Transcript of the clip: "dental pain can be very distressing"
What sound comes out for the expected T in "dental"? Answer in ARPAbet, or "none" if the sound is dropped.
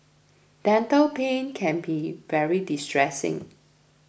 T